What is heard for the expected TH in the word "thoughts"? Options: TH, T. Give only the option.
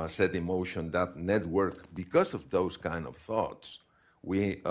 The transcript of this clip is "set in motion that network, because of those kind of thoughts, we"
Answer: TH